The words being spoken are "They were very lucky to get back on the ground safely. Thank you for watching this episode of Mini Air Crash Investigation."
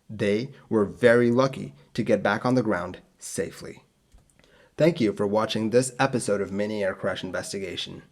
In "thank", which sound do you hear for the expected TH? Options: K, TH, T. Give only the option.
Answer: TH